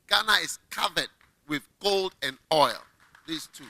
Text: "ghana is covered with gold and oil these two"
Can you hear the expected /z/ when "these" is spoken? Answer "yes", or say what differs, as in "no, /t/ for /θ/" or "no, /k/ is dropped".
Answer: no, /s/ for /z/